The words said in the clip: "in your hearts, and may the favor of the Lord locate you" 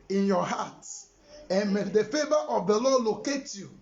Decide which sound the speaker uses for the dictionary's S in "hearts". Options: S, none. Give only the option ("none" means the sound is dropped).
none